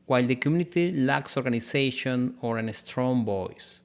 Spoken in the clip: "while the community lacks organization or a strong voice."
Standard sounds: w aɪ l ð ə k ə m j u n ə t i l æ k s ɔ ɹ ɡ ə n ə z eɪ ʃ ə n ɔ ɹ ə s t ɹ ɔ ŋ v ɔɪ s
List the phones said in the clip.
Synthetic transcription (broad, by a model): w aɪ l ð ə k ə m j u n ə t i l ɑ k s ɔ ɹ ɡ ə n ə s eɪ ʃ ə n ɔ ɹ ə s t ɹ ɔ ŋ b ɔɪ s